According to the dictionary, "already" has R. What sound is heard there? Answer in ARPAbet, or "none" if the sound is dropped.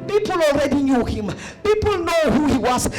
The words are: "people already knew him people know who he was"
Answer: R